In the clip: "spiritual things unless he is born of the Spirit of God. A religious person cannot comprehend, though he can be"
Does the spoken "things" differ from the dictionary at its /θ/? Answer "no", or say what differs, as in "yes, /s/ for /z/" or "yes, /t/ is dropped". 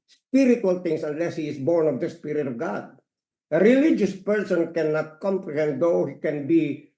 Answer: yes, /t/ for /θ/